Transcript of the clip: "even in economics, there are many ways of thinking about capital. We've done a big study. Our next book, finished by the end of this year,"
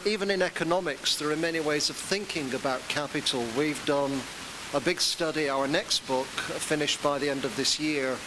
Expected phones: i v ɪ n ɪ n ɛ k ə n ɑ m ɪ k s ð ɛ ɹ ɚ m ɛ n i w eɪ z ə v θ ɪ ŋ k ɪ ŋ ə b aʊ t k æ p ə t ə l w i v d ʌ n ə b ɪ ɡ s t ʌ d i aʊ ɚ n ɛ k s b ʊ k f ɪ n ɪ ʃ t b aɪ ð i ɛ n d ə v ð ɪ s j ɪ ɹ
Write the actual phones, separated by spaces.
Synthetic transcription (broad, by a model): i v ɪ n ɪ n ɛ k ə n ɑ m ɪ k s ð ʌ ɹ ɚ m ɛ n i w eɪ z ə v θ ɪ ŋ k ɪ ŋ ə b aʊ t k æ p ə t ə l w i v d ʌ n ə b ɪ ɡ s t ʌ d i aʊ ɚ n ɛ k s b ʊ k f ɪ n ɪ ʃ t b aɪ ð i ɛ n d ə v ð ɪ s j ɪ ɹ